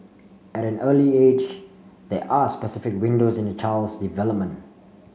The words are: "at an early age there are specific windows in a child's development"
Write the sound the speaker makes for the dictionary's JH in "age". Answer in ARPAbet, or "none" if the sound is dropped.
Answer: JH